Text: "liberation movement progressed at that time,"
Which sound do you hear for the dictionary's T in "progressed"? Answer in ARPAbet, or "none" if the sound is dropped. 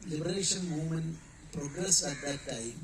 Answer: none